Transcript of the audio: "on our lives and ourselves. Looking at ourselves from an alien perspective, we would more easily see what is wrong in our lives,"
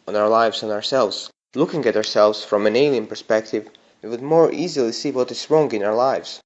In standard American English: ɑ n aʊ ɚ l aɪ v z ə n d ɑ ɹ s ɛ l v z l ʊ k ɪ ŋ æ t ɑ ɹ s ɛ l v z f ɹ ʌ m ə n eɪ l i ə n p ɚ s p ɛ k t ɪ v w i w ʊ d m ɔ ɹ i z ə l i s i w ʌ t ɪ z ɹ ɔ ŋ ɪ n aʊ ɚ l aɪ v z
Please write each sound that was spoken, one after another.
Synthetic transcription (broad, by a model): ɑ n aʊ ɚ l aɪ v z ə n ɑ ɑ ɹ s ɛ l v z l ʊ k ɪ ŋ æ t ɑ ɹ s ɛ l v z f ɹ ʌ m ə n eɪ n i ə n p ɚ s p ɛ k t ɪ v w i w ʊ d m ɔ ɹ i z ə l i s i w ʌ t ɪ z ɹ ɔ ŋ ɪ n aʊ ɚ l aɪ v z